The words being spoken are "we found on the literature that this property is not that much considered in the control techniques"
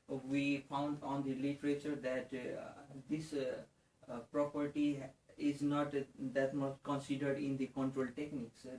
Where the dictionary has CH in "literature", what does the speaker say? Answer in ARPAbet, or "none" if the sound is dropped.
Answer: CH